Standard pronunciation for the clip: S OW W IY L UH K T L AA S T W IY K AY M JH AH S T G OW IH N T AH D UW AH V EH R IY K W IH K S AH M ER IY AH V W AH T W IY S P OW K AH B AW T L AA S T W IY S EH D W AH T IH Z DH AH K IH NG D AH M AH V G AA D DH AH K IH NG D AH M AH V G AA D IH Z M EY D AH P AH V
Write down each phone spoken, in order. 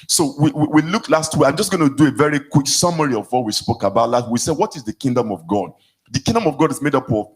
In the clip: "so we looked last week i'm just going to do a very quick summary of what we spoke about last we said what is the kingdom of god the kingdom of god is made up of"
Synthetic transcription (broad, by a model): S OW W IY L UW K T L AA S T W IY AY M JH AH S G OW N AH D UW AH V EH R IY K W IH K S AH M ER IY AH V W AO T W IY S P OW K AH B AW T L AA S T W IY S EH D W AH T IH Z DH AH K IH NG D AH M AH V G AA D DH AH K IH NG D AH M AH V G AA D IH Z M EY D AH P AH